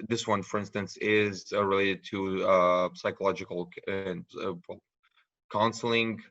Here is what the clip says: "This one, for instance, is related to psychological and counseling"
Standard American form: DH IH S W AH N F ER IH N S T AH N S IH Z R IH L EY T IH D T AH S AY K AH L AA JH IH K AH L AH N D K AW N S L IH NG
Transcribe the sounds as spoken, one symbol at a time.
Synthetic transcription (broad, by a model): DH IH S W AH N F ER IH N S T AH N S IH Z R IH L EY T IH D T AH S AY K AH L AA JH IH K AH N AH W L K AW N S L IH NG